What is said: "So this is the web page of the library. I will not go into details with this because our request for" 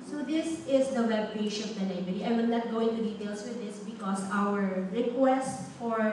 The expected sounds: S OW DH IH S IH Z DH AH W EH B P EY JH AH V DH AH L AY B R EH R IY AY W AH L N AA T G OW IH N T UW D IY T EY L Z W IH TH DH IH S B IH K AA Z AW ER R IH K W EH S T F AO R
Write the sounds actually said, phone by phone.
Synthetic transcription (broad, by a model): S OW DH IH S IH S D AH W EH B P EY SH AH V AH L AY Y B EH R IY AY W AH N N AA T G OW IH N T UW D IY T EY L S W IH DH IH S B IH K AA S AW ER R IH K W EH S T F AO R